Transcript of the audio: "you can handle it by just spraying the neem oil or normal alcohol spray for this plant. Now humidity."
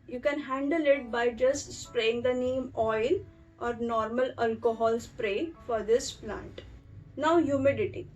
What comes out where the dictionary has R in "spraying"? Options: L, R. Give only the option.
R